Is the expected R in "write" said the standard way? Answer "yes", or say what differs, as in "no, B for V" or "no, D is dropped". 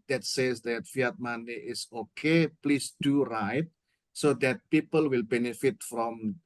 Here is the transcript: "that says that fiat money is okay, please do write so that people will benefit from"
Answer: yes